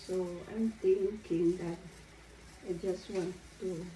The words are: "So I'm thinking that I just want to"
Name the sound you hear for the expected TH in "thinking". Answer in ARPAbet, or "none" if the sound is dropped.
T